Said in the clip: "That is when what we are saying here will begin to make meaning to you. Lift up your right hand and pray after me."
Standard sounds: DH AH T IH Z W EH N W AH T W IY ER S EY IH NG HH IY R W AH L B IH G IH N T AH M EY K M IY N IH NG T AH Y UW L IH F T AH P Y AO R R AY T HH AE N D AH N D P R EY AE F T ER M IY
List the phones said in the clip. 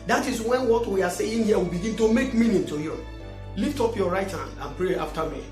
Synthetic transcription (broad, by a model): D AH T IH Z W EH N W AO T W IY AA S EY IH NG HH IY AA W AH B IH G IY N T AH M EY K M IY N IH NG T AH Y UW L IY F T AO P Y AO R R AY T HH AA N AH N P R EY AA F T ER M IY